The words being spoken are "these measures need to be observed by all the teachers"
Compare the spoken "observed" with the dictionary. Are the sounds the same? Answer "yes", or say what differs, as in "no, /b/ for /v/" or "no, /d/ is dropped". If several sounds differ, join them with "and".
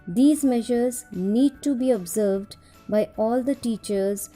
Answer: yes